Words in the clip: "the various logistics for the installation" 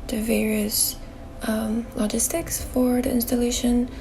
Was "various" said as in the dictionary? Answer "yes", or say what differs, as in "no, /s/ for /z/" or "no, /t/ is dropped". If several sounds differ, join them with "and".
yes